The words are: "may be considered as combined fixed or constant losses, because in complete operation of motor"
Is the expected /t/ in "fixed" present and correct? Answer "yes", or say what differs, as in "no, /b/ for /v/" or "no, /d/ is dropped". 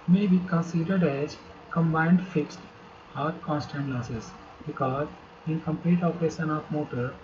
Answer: yes